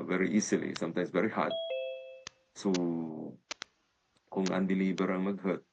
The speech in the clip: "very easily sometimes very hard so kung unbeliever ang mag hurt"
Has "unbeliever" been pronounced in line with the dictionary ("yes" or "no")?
no